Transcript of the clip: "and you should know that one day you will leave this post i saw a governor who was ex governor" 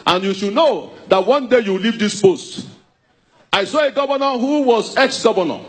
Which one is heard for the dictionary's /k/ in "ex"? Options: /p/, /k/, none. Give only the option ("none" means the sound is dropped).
/k/